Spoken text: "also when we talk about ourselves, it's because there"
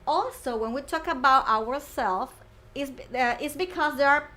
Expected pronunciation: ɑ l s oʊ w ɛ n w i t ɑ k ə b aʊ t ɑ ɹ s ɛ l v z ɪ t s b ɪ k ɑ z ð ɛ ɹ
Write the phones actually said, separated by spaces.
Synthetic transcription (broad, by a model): ɑ l s oʊ w ɛ n w i t ɑ k ə b aʊ t ɑ ɹ s ɛ l f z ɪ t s b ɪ k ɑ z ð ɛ ɹ